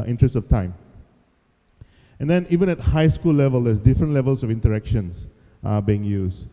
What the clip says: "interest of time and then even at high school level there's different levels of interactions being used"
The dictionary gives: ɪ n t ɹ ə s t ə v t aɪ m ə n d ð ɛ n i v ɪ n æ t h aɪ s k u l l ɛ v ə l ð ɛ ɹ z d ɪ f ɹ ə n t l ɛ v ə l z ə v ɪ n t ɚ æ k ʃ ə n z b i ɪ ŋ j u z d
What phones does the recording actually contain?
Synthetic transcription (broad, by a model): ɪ n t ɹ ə s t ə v t aɪ m ə n d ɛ n i v ɪ n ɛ t h aɪ s k u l l ɛ v ə l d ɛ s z d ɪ f ɹ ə n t l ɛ v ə l s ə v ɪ n t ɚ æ k ʃ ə n s b i ɪ ŋ j u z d